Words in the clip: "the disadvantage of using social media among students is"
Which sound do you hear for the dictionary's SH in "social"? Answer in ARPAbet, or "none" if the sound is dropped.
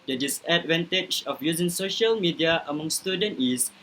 SH